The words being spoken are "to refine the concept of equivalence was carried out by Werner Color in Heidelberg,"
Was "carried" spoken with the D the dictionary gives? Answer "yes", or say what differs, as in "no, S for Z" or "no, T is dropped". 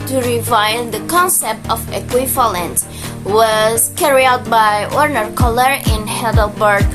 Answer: no, D is dropped